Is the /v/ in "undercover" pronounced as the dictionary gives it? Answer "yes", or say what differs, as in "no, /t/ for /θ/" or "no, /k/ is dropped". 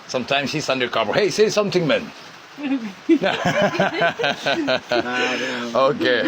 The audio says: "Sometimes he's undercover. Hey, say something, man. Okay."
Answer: no, /b/ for /v/